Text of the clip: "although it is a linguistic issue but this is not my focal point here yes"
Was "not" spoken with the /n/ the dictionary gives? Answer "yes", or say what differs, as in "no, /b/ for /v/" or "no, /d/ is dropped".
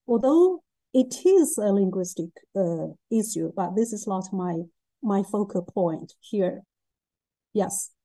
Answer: no, /l/ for /n/